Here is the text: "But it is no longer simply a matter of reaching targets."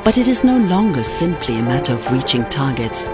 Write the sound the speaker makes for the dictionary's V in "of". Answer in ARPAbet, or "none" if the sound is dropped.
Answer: V